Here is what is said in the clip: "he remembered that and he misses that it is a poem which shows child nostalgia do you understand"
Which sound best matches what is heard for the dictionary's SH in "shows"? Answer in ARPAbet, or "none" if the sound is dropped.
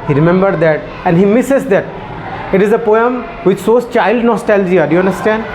S